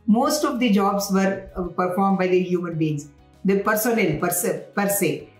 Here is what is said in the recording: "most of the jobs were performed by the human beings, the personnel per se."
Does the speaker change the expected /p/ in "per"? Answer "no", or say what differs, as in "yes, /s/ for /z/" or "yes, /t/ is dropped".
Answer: no